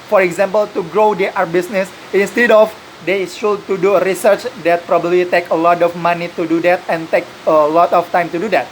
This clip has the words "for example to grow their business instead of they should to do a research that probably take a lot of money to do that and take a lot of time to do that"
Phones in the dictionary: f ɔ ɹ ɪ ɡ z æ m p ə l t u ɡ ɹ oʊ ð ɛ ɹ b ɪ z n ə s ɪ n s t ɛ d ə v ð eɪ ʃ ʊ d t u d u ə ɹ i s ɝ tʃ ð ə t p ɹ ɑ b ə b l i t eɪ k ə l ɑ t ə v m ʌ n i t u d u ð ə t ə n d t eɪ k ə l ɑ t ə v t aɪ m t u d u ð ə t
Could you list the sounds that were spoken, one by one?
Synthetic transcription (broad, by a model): f ɔ ɹ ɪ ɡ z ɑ m p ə l t u ɡ ɹ oʊ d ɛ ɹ b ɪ s n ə s ɪ n s t ɛ d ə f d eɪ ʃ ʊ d t u d u ə ɹ i s ɝ tʃ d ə t p ɹ ɑ b ə b l i t eɪ k ə l ɑ t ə f m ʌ n i t u d u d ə t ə n t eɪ k ə l ɑ t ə f t aɪ m t u d u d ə t